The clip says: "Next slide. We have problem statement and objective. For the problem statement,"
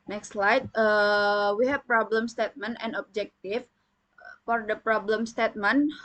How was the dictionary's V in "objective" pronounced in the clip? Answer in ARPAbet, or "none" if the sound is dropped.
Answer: F